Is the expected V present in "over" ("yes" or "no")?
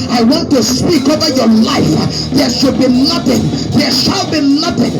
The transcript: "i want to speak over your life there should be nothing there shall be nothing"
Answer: yes